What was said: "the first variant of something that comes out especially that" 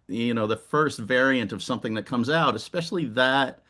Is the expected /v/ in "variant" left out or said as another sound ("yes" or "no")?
no